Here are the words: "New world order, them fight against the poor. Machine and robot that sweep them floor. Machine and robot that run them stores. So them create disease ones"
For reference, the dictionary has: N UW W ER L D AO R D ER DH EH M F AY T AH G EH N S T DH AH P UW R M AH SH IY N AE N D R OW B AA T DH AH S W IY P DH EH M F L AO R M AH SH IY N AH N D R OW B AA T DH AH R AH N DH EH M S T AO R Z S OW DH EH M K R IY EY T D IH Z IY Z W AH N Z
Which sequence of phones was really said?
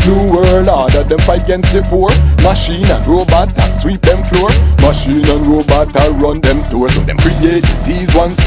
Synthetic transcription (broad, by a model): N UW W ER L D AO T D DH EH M F AY T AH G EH N S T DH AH F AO R M AH SH IY N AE N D R OW B AA T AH S W IY P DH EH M F L AO R M AH SH IY N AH N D R OW B AA T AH R AH N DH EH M S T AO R S OW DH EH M K R IY EY T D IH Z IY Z W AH N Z